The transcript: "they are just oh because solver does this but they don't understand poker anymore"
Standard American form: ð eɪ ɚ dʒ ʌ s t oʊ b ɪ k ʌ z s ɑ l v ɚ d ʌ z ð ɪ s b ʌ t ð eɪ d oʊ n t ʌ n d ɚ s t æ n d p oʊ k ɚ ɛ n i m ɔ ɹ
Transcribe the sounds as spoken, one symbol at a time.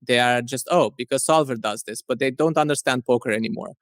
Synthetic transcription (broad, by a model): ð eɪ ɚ dʒ ʌ s t oʊ b ɪ k ʌ z s ɑ l v ɚ d ʌ z ð ɪ s b ʌ t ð eɪ d oʊ n t ʌ n d ɚ s t æ n d p oʊ k ɚ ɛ n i m ɔ ɹ